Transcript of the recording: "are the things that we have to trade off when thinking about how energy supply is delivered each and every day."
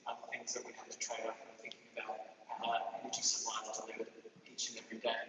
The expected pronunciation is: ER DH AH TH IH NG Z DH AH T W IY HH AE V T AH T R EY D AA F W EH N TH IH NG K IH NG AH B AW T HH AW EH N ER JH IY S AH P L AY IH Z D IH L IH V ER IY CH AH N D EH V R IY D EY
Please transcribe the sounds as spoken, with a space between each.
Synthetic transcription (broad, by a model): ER DH AH TH IH NG Z DH AH T W IY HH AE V T AH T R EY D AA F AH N TH IH NG K IH NG AH B AW T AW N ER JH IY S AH L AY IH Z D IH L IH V IY CH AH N EH V R IY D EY